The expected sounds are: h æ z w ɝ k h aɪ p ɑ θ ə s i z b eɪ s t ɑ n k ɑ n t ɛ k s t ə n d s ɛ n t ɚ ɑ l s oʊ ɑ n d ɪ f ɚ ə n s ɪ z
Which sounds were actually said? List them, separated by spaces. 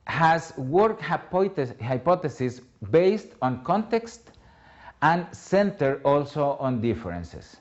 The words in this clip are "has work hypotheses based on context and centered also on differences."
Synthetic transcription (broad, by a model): h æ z w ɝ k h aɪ p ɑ t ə s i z b eɪ s t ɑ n k ɑ n t ɛ k s t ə n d s ɛ n t ɚ ɑ l s oʊ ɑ n d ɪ f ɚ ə n s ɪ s